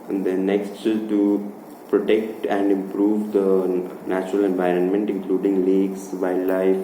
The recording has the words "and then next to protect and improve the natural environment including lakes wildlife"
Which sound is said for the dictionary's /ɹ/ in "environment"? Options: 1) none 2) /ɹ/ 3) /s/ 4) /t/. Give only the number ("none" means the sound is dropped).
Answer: 2